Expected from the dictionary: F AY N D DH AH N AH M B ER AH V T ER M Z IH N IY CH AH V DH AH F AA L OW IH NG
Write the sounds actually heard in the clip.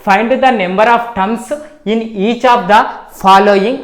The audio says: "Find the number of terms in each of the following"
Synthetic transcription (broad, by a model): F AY N D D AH N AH M B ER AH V T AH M S IH N IY CH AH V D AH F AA L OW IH NG